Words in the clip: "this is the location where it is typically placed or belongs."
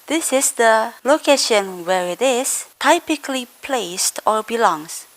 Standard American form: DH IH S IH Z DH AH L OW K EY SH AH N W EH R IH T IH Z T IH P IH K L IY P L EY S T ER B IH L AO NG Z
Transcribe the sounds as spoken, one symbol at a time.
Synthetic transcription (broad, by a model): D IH S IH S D AH L OW K EY SH AH N W EH R IH T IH S T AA P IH K L IY P L EY S T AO B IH L AO NG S